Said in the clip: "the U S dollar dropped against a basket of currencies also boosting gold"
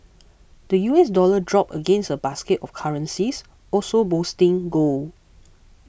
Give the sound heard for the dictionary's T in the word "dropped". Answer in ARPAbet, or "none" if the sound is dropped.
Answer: none